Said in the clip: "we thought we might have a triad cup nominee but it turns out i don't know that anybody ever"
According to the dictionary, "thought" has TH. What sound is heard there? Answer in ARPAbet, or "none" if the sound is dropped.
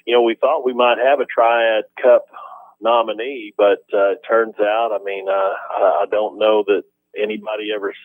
TH